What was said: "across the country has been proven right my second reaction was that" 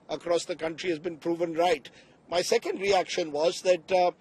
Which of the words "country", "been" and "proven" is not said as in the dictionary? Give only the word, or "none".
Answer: none